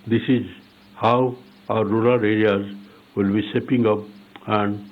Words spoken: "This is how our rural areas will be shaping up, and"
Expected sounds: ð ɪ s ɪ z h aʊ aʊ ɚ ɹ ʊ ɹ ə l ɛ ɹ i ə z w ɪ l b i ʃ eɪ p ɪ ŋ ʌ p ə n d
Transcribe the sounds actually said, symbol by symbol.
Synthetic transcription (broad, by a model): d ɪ s ɪ z h aʊ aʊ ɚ ɹ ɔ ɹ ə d ɛ ɹ i ə z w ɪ l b i s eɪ p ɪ ŋ ʌ p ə n d